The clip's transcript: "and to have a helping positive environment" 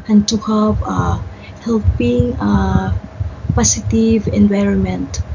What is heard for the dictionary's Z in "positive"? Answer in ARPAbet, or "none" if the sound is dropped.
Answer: S